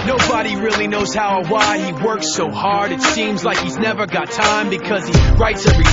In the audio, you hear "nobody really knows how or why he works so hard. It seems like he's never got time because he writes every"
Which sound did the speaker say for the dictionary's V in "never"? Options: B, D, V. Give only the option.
V